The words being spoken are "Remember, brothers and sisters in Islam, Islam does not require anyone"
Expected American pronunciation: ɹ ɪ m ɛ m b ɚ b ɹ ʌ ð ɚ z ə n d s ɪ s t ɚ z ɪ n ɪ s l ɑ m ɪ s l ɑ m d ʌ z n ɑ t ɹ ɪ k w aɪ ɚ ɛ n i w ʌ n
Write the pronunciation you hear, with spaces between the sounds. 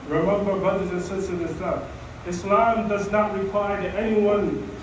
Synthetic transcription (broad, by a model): ɹ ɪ m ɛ m b ɚ b ɹ ʌ ð ɚ z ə n s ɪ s t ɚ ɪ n ɪ s l ɑ m ɪ s l ɑ m d ʌ z n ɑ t ɹ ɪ k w aɪ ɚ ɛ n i w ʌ n